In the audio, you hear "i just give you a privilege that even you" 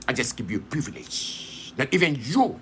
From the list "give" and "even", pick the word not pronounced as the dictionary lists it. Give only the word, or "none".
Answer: give